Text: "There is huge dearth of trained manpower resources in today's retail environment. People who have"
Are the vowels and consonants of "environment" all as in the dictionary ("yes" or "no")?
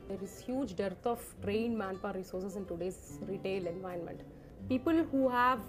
no